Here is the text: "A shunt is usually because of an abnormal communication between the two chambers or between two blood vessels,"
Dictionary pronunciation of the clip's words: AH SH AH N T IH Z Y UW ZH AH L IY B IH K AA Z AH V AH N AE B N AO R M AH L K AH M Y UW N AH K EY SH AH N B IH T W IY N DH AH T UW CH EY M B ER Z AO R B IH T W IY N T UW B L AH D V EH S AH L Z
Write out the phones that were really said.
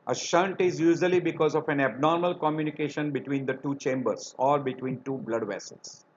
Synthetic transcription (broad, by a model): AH SH AH N T IH Z Y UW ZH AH L IY B IH K AA Z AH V AH N AE B N AO R M AH L K AH M Y UW N AH K EY SH AH N B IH T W IY N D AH T UW CH EY M B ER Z AO R B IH T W IY N T UW B L AH D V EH S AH L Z